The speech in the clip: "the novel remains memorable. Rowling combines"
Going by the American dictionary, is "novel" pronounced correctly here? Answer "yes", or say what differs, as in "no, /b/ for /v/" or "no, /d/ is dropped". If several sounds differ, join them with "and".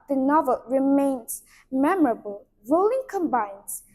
yes